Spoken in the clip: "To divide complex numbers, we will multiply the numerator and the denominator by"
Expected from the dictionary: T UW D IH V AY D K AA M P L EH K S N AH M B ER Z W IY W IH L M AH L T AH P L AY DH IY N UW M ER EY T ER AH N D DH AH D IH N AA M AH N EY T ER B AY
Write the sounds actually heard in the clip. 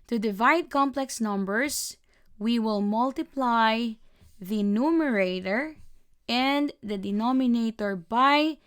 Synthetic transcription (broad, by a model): T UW D IH V AY D K AA M P L EH K S N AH M B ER S W IY W IH L M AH L T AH P L AY DH IY N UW M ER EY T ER AH N D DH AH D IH N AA M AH N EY T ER B AY